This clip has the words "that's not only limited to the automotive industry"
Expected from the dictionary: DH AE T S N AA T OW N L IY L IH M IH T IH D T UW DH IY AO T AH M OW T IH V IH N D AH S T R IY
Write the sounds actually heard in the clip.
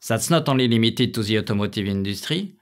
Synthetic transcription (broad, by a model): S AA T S N AA T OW L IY L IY M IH T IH T UW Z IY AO T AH M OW T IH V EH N D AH S T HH IY